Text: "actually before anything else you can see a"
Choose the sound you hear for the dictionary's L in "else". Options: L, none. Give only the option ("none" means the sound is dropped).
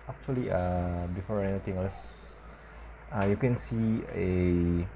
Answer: none